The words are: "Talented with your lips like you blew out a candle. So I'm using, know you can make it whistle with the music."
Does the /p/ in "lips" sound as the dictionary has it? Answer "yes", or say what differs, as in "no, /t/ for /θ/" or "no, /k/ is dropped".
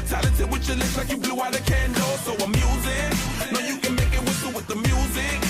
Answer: no, /p/ is dropped